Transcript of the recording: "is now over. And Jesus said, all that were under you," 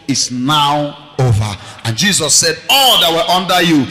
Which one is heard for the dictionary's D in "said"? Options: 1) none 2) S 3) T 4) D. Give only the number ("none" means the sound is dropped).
4